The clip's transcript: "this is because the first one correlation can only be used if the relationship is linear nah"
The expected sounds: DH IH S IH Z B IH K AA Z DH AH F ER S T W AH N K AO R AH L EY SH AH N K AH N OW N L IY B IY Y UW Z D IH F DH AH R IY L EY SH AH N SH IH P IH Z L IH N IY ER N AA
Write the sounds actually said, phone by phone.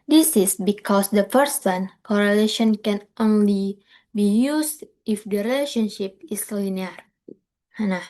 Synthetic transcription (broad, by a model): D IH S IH S B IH K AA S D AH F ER S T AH N K AO R AH L EY SH AH N K AH N OW N L IY B IY Y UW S IH F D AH R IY L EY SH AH N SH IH P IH S L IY N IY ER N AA